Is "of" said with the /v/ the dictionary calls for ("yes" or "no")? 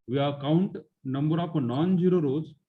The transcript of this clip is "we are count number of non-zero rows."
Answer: no